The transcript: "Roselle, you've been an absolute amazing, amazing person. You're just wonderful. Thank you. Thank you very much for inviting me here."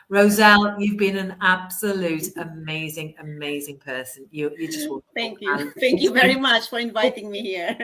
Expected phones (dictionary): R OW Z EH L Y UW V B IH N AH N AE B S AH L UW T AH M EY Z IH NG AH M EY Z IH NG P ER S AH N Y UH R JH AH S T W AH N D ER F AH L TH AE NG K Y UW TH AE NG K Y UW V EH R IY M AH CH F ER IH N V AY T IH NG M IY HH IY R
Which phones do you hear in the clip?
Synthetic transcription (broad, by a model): R OW Z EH L Y UW V B IH N AH N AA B S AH L UW T AH M EY Z IH NG AH M EY Z IH NG P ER S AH N Y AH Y JH AH S T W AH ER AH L TH AE NG K Y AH TH AE NG K Y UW V EH R IY M AH CH F ER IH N V AY T IH NG M IY HH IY R